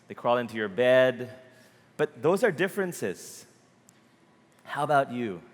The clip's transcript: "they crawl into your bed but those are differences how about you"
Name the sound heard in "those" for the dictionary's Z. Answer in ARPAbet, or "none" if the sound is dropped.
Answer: Z